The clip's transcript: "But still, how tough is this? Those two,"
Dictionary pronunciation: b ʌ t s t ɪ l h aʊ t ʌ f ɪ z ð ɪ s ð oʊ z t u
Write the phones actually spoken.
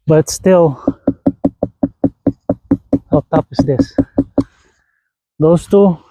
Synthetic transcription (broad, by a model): b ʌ t s t ɪ l h aʊ t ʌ p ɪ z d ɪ s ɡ oʊ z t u